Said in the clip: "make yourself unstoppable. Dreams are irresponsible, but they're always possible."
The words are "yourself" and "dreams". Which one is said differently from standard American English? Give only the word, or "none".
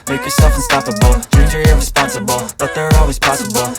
dreams